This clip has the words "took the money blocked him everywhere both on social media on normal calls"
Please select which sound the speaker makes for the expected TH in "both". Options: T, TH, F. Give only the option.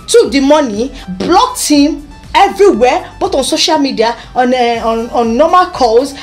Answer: T